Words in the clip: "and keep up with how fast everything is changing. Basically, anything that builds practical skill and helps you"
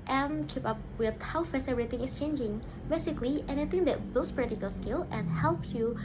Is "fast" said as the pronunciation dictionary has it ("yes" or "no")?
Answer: no